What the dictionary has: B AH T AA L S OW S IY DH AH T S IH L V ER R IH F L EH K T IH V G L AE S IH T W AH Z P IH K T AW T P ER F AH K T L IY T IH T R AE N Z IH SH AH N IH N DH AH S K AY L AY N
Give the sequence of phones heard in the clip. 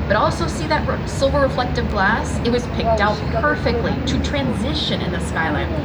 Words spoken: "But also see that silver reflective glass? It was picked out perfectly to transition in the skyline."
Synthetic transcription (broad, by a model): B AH T AA L S OW S IY DH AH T S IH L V ER R IH F L EH K T IH V G L AE S IH T W AH Z P IH K T AW T P ER F AH K T L IY T IH T R AE N Z IH SH AH N IH N DH AH S K AY L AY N